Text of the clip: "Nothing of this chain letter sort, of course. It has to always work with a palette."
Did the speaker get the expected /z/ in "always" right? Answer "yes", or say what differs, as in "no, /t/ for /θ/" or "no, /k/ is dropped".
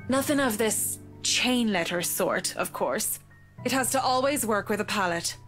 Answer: yes